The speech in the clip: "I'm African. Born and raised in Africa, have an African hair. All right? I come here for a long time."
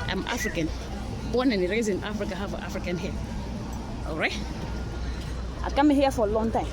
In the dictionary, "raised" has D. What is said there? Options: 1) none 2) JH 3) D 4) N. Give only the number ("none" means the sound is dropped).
1